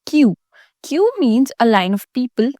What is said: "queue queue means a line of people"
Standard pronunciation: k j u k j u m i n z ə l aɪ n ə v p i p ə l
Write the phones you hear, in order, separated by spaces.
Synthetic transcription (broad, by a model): k j u k j u m i n z ə l aɪ n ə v p i p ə l